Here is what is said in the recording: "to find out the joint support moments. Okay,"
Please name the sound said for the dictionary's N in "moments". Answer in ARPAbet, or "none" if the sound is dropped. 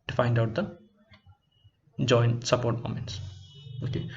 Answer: N